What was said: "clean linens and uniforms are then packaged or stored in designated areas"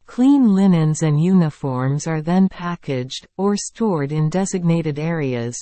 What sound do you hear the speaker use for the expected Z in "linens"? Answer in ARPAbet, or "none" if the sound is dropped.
Z